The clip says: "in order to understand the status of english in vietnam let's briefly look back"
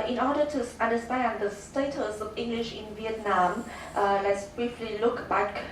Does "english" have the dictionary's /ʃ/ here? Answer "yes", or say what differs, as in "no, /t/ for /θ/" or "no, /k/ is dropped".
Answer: yes